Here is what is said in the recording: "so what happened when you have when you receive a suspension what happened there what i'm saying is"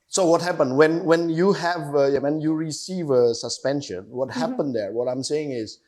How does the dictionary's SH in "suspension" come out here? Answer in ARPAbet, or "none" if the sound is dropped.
SH